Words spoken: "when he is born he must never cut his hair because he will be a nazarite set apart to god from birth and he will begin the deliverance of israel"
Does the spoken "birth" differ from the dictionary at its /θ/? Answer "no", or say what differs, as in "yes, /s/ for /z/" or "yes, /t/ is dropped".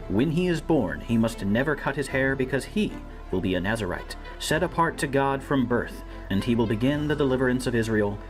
no